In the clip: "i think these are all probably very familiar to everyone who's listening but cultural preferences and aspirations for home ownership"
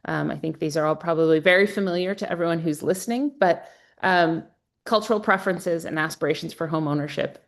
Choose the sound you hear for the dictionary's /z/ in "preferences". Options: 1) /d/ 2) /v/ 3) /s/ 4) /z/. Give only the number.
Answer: 4